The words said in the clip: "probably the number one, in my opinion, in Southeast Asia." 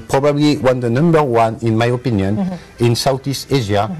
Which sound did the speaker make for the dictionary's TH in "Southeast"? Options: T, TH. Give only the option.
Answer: T